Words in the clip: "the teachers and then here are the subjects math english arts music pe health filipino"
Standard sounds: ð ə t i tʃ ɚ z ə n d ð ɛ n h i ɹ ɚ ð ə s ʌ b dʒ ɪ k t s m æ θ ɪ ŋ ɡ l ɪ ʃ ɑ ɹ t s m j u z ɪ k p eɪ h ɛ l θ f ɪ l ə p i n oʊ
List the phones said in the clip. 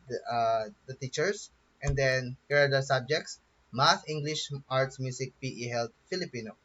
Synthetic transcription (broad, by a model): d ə t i tʃ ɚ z ə n d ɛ n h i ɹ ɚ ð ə s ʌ b dʒ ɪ k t s m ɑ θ ɪ ŋ ɡ l ɪ ʃ ɑ ɹ t s m j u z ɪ k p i h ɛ l t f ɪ l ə p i n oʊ